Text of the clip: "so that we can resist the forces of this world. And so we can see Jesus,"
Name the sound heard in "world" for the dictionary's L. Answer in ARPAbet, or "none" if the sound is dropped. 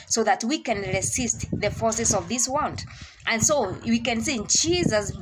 N